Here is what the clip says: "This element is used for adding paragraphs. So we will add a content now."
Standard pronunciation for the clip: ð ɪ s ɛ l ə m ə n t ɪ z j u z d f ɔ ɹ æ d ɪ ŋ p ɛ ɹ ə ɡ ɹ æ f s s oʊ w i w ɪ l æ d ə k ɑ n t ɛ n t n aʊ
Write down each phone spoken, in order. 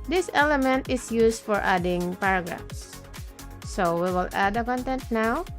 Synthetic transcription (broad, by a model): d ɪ s ɛ l ə m ə n t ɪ s j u s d f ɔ ɹ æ d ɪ ŋ p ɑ ɹ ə ɡ ɹ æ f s s oʊ w i w ɪ l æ d ə k ɑ n t ɛ n t n aʊ